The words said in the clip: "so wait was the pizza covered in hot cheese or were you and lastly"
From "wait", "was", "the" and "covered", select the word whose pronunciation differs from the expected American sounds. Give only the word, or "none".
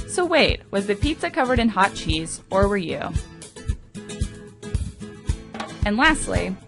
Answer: none